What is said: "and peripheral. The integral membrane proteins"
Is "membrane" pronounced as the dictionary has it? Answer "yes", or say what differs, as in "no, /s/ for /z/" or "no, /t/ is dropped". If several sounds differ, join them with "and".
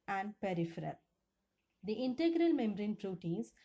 no, /b/ is dropped